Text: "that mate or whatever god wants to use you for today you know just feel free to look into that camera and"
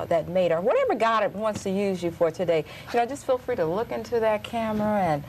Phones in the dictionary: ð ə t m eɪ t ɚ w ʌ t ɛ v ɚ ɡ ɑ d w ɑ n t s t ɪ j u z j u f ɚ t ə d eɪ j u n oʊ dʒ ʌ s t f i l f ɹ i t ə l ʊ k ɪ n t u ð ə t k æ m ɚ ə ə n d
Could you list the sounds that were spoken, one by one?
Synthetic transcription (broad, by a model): ð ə t m eɪ t ɚ w ʌ t ɛ v ɚ ɡ ɑ d w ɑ n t s t ɪ j u z j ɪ f ɚ t ə d eɪ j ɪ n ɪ dʒ ʌ s t f i l f ɹ i t ə l ʊ k ɪ n t u ð ə t k æ m ɚ ə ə n